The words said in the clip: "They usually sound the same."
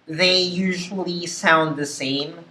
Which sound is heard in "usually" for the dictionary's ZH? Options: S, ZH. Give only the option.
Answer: ZH